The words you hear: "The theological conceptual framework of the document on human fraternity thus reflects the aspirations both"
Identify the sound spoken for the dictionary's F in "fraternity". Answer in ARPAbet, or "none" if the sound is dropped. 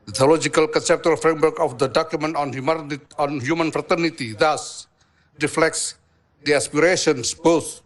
F